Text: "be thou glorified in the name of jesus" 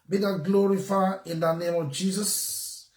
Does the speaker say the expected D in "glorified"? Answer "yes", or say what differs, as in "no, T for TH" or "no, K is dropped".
no, D is dropped